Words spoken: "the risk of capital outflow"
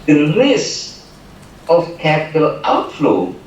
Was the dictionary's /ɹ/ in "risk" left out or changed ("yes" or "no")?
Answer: yes